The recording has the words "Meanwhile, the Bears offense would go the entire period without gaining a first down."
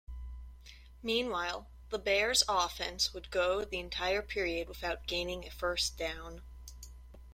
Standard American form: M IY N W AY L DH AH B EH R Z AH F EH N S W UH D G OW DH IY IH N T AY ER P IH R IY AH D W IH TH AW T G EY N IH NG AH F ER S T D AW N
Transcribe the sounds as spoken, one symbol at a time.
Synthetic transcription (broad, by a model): M IY N W AY L DH AH B EH R Z AH F EH N S W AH D G OW DH IY IH N T AY ER P IH R IY AH D W IH TH AW T G EY N IH NG AH F ER S D AW N